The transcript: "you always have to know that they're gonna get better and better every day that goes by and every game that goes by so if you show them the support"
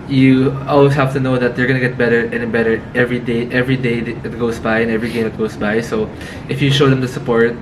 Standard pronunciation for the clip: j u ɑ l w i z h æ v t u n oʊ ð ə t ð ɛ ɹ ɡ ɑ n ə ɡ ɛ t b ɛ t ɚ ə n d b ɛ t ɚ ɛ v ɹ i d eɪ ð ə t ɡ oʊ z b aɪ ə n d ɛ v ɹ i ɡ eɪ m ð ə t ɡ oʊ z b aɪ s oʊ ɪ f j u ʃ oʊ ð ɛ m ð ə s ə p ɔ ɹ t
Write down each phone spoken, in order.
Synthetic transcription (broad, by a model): j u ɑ l w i s h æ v t u n oʊ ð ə t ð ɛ ɹ ɡ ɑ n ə ɡ ɛ t b ɛ t ɚ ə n b ɛ t ɚ ɛ v ɹ i d eɪ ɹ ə t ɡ oʊ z b aɪ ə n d ɛ v ɹ i ɡ eɪ m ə t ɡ oʊ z b aɪ s oʊ ɪ f j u ʃ oʊ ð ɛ m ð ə s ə p ɔ ɹ t